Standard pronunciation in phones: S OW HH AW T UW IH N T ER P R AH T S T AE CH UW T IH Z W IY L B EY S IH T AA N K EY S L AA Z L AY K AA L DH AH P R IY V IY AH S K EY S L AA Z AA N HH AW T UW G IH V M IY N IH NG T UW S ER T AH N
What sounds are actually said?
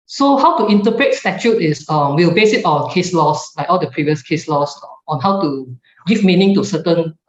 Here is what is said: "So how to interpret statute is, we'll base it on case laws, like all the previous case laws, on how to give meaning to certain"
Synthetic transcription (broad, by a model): S OW HH AW T UW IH N T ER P R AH T S T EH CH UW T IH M W IY L B EY S IH T AA N K EY S L AA S L AY K AA L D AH P R IY V IY AH S K EY S L AA S AA N HH AW T UW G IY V M IY N IH NG T UW S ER T AH N